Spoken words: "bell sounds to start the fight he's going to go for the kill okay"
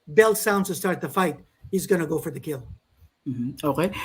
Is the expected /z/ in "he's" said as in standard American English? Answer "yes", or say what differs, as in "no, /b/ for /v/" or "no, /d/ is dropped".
yes